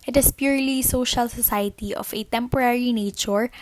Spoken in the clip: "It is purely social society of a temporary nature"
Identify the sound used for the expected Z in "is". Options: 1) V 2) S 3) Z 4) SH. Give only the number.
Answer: 2